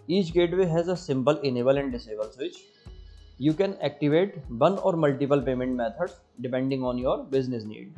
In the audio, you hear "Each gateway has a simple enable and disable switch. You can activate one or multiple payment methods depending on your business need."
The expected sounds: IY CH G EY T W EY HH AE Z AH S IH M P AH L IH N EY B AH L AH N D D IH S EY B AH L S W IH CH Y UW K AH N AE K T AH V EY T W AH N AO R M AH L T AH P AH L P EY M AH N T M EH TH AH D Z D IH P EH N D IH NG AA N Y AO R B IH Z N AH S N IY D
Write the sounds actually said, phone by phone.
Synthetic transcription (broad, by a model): IY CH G EY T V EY HH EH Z AH S IH M P AH L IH N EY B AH L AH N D D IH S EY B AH L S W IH CH Y UW K AH N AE K T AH V EY T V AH N AO R M AH L T AH P AH L P EY M AH N T M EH T AH D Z D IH P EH N D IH NG AA N Y AO R B IH Z N AH S N IY D